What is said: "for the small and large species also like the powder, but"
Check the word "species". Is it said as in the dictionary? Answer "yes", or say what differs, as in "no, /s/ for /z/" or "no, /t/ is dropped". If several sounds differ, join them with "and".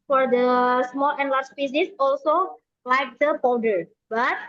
no, /s/ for /ʃ/ and /s/ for /z/